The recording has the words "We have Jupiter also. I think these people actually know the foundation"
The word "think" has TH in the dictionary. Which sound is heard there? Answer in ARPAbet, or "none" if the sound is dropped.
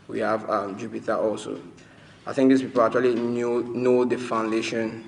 TH